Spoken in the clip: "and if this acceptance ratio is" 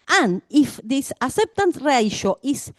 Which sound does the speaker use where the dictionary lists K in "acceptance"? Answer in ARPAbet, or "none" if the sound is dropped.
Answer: none